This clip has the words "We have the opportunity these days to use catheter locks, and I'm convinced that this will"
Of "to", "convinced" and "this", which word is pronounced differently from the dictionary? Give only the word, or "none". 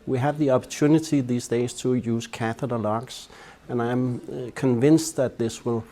none